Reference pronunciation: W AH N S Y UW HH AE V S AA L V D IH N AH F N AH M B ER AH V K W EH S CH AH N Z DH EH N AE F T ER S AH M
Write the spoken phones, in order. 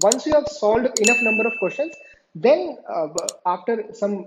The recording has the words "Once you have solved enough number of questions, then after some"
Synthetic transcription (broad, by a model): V AH N S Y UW HH AE V S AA L D IH N AH F N AH M B ER AH V K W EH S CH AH N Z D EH N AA F T ER S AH M